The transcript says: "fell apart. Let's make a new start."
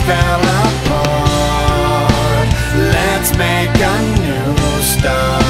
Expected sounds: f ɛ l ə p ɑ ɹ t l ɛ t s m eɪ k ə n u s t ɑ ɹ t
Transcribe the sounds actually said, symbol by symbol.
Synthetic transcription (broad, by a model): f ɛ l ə f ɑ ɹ l ɛ t s m eɪ k ə n u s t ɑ